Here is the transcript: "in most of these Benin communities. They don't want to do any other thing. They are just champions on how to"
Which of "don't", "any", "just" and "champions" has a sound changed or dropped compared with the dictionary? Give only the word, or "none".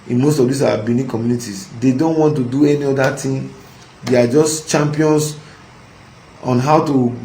champions